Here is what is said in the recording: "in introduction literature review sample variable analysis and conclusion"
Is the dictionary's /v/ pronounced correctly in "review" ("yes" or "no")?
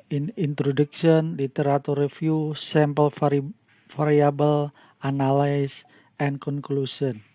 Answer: no